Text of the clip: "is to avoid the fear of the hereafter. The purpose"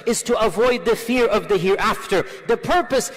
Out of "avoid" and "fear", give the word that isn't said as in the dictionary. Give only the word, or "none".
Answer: none